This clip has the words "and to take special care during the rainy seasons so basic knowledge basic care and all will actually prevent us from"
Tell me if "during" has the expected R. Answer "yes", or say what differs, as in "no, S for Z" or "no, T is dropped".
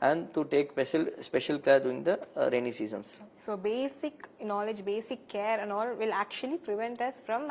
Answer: no, R is dropped